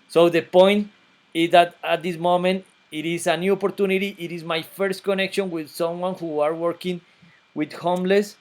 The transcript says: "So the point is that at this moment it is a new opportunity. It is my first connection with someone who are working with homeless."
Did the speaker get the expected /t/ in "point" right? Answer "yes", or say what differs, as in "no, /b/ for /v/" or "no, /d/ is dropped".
yes